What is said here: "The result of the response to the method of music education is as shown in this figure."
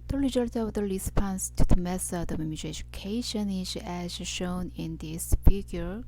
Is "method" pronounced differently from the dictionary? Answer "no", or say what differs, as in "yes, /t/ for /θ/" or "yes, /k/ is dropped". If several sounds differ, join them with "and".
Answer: yes, /s/ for /θ/